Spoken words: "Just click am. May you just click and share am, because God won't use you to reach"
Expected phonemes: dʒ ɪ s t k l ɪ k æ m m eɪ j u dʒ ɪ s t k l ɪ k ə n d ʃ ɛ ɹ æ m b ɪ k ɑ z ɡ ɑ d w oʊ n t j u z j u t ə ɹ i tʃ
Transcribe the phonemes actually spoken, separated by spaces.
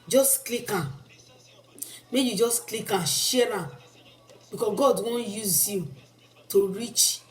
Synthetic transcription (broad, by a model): dʒ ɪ s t k l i k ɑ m m eɪ j u dʒ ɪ s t k l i k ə ʃ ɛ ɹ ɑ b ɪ k ɑ ɡ ɑ d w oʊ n j u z j u t ə ɹ i tʃ